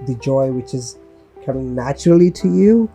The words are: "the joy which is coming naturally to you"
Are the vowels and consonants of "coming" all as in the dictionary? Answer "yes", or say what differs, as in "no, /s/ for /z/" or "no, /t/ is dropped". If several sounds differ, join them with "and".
no, /m/ is dropped